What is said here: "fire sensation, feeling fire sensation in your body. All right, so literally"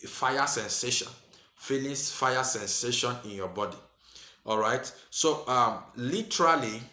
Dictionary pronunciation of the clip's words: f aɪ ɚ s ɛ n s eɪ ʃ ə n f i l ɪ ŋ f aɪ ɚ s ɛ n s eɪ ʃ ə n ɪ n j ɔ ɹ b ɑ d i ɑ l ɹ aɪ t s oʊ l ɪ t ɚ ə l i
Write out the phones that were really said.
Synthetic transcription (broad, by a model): f aɪ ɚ s ɛ n s eɪ ʃ ə n f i n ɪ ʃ f aɪ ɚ s ɛ n s eɪ ʃ ə n ɪ n j ɔ b ɑ d i ɑ l ɹ aɪ t s oʊ l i t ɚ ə l i